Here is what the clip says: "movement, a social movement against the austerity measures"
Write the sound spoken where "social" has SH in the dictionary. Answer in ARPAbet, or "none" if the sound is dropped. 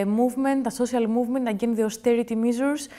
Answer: S